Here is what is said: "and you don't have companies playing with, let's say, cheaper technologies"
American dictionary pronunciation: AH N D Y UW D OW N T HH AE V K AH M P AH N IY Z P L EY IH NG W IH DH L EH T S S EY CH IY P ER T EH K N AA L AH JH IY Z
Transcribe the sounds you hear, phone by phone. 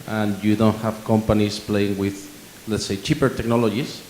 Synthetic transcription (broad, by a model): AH N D Y UW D OW N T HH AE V K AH M P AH N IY S P L EY IH NG W IH DH L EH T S S EY CH IY P ER T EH K N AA L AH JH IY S